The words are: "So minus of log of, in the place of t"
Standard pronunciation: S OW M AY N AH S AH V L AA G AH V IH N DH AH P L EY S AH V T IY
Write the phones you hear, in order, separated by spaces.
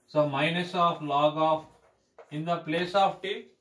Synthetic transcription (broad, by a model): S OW M AY N AH S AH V L AA G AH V IH N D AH P L EY S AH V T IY